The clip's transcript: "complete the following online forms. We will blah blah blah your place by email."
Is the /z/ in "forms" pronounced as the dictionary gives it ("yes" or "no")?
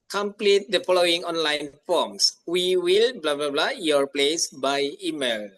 no